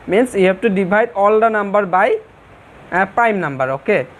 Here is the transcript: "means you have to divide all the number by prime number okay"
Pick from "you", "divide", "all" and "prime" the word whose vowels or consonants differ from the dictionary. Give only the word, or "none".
divide